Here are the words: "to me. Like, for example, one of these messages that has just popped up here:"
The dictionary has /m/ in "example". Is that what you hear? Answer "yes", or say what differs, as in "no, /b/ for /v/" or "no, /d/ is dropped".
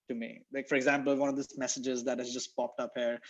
yes